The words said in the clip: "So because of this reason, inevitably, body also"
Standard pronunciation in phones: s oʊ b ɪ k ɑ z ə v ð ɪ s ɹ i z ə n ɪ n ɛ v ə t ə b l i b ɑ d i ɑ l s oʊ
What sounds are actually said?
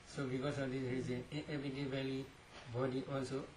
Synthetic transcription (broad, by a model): s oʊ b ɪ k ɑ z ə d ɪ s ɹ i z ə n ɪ ɛ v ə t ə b l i b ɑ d i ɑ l s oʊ